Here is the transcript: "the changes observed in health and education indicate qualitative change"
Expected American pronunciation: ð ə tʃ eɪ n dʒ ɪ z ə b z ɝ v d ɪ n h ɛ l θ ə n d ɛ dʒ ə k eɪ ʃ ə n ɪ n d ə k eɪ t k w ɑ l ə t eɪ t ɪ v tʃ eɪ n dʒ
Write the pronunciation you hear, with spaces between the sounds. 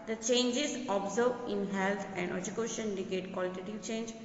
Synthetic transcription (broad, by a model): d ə tʃ eɪ n dʒ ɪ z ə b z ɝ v ɪ n h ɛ l t ə n d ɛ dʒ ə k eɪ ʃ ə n n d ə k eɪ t k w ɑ l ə t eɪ t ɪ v tʃ eɪ n dʒ